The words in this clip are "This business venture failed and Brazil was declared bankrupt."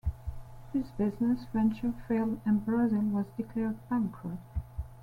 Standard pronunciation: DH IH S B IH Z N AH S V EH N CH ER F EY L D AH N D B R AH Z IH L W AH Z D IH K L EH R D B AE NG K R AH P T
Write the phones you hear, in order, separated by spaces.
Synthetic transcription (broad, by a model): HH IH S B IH Z N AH S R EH N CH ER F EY L AH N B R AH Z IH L W AH Z D IH K L EH R D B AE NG K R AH T